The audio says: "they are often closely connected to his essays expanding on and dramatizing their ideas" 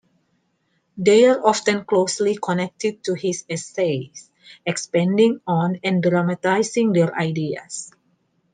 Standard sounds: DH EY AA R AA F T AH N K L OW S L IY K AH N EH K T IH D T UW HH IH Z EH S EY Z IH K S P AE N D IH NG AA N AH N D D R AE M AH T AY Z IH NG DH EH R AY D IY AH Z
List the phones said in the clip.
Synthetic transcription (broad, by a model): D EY AA R AA F T AH N K L OW S L IY K AH N EH K T IH D T UW HH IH S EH S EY S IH K S P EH N D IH NG AA N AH N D D R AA M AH T AY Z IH NG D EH R AY D IY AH S